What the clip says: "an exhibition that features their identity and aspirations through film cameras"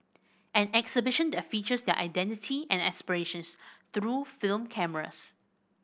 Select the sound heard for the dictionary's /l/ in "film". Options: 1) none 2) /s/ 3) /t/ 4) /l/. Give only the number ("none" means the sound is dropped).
4